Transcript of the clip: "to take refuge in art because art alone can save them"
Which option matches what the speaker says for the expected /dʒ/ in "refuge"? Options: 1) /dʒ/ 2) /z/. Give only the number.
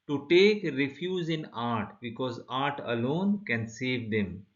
2